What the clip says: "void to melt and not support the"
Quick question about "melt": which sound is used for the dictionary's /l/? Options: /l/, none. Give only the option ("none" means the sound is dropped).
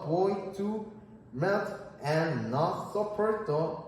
none